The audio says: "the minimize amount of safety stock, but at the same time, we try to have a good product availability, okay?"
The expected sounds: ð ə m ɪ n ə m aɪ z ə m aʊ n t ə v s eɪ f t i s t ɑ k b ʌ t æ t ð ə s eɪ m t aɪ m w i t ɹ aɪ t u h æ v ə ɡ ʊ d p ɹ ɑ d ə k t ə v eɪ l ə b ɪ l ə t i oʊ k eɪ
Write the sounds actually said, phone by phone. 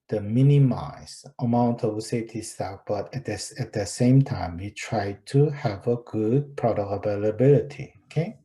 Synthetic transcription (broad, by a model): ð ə m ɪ n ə m aɪ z ə m aʊ n t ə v s eɪ f t i s t ɑ k b ʌ t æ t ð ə s eɪ m t aɪ m w i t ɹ aɪ t u h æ v ə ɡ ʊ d p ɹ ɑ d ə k ə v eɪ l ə b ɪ l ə t i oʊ k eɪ